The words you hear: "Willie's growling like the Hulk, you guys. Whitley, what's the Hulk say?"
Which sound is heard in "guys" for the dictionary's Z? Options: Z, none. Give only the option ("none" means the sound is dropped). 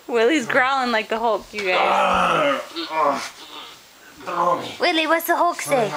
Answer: none